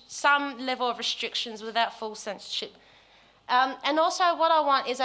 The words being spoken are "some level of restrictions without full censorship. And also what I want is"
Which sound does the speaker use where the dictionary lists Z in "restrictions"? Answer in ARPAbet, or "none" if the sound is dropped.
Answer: Z